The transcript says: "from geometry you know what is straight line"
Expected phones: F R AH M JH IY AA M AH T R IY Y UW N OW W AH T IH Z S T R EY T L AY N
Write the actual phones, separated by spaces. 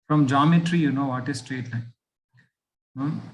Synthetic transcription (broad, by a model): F R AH M JH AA M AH T R IY Y UW N OW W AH T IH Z S T R EY T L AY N